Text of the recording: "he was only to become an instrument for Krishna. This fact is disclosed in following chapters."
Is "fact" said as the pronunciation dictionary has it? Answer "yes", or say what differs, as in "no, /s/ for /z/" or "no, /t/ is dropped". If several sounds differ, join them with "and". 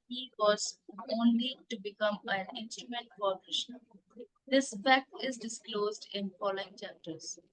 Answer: no, /t/ is dropped